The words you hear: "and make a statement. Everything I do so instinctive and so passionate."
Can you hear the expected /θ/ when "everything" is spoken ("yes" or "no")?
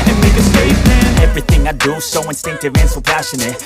yes